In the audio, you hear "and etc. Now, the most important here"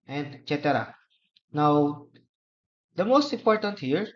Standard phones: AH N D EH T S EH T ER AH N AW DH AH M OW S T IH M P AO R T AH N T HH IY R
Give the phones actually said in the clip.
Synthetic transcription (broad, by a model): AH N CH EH T EH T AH N AW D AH M OW S T IH M P AO R T AH N T HH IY R